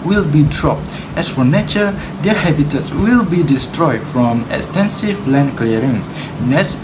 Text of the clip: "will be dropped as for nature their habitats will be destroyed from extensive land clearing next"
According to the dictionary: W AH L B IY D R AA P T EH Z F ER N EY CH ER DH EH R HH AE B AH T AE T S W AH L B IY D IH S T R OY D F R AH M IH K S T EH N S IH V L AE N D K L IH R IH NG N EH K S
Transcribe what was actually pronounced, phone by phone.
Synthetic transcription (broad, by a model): W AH L B IY D R AA P T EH S F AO N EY CH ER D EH HH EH B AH T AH T S W AH L B IY D IH S T R OY D F R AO M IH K S T EH N S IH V L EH N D K L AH R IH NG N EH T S